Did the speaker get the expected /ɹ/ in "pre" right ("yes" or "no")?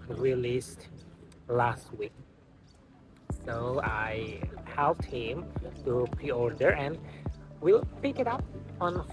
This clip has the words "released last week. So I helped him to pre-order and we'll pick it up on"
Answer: no